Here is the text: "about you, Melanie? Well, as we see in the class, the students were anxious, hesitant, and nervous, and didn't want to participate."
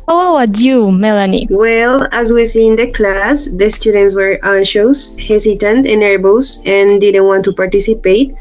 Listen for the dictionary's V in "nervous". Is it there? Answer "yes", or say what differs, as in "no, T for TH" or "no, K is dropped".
no, B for V